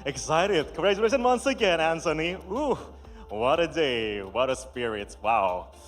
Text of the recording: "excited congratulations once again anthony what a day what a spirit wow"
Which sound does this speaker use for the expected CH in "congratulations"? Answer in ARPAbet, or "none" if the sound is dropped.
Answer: none